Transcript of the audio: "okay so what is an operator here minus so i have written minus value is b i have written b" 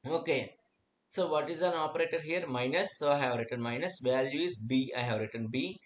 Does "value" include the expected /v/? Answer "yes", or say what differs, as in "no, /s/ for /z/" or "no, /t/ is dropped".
yes